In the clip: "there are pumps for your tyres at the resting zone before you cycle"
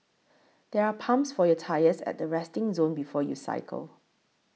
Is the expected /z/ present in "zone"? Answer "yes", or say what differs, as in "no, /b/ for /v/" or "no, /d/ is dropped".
yes